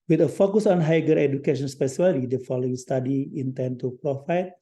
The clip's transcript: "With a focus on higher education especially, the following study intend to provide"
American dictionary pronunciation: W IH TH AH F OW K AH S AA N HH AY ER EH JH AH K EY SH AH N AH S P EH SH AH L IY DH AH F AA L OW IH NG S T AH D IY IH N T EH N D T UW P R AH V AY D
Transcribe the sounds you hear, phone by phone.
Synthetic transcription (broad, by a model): W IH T AH F OW K AH S AA N HH AY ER EH JH AH K EY SH AH N S P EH S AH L IY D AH F AA L OW IH NG S T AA D IY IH N T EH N T UW P R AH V AY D